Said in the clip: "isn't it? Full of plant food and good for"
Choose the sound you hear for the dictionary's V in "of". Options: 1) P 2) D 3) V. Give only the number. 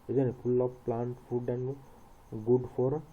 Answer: 1